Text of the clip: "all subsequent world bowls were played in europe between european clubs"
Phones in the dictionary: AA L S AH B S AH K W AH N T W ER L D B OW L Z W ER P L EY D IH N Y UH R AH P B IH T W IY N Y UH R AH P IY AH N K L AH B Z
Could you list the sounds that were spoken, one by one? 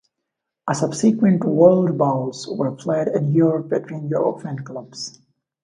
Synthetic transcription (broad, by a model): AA S AH B S AH K W AH N T W ER L D B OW L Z W ER P L EY D IH N Y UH R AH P B IH T W IY N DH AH AH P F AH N K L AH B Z